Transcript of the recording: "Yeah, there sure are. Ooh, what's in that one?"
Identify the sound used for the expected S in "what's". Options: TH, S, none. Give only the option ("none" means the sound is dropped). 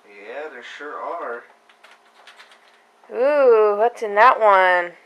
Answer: none